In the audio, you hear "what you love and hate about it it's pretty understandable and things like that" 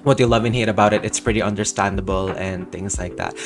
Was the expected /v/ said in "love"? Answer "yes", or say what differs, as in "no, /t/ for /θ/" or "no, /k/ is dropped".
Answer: yes